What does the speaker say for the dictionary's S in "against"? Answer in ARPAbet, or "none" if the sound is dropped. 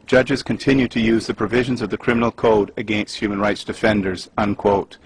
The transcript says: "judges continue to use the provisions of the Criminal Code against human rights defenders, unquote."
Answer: S